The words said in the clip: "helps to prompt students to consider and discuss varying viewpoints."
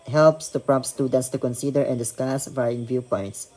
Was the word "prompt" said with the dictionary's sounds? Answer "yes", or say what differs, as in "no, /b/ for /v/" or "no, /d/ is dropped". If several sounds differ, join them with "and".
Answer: no, /m/ is dropped